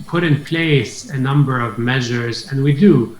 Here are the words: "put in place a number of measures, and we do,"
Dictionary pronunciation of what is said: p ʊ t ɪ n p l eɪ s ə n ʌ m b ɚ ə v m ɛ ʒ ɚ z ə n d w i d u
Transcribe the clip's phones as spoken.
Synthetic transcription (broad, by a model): p ʊ t ɪ n p l eɪ s ə n ʌ m b ɚ ə v m ɛ ʒ ɚ z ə n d w i d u